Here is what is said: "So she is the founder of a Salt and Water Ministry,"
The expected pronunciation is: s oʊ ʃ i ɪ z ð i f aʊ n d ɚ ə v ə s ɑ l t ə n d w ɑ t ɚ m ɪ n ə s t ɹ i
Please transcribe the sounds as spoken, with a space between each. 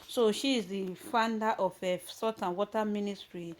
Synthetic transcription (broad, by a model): s oʊ ʃ i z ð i f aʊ n d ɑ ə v ə s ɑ t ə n w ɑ t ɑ m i n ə s t ɹ i